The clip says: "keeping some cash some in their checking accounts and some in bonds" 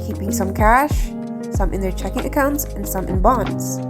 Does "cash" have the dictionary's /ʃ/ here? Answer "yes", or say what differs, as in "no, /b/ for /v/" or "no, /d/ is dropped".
yes